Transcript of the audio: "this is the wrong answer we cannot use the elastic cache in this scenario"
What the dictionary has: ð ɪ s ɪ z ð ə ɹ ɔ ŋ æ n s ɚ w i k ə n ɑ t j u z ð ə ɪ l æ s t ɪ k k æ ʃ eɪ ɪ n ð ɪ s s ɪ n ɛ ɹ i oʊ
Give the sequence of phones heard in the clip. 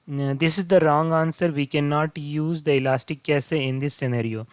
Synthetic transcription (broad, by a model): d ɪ s ɪ z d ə ɹ ɔ ŋ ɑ n s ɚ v i k ə n ɑ t j u z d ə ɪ l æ s t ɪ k k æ s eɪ ɪ n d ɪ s s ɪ n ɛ ɹ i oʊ